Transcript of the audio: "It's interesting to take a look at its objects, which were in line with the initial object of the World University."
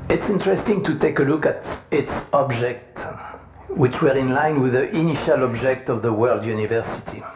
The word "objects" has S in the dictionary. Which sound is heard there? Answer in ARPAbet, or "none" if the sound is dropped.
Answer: none